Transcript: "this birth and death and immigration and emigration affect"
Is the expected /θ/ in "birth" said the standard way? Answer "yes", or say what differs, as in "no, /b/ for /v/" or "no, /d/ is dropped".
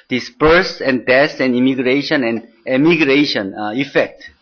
no, /s/ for /θ/